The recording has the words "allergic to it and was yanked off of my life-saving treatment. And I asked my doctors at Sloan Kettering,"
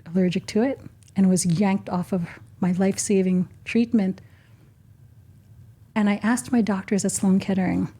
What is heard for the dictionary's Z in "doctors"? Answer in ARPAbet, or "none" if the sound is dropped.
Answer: Z